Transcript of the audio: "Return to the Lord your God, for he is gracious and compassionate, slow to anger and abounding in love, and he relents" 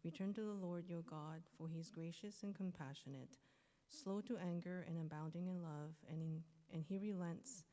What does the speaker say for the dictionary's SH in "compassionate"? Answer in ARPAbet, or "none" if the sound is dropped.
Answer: SH